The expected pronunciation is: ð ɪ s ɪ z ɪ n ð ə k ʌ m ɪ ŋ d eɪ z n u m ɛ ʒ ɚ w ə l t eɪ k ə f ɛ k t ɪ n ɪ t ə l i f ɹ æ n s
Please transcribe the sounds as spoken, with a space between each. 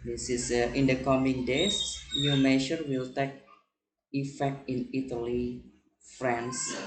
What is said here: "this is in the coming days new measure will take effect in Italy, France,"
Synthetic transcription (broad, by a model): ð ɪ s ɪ s ɪ n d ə k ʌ m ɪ ŋ d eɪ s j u m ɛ ʃ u w ə l t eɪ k ə f ɛ k t ɪ n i t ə l i f ɹ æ n s